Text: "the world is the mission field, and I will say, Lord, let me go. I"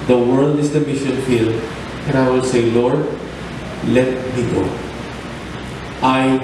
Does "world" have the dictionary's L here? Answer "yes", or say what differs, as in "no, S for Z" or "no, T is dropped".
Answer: yes